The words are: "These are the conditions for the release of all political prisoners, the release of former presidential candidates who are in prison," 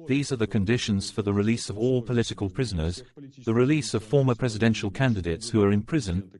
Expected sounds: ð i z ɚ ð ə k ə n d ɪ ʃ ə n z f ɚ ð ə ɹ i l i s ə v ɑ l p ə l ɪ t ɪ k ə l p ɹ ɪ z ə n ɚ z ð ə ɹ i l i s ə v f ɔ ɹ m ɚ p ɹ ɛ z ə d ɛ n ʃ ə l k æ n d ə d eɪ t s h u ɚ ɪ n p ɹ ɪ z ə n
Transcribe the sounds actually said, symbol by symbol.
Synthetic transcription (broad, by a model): ð i z ɚ ð ə k ə n d ɪ ʃ ə n z f ɚ ð ə ɹ i l i s ə v ɑ l p ə l ɪ t ɪ k ə l p ɹ ɪ z ə n ɚ z ð ə ɹ i l i s ə v f ɔ ɹ m ɚ p ɹ ɛ z ə d ɛ n ʃ ə l k æ n d ə d eɪ t s h u ɚ ɪ n p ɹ ɪ z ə n